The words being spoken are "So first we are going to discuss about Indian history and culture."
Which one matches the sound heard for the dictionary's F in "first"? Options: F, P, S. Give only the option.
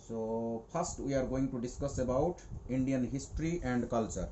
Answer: P